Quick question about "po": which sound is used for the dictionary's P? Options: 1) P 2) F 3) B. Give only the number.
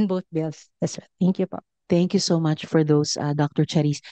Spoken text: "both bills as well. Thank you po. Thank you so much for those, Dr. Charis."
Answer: 1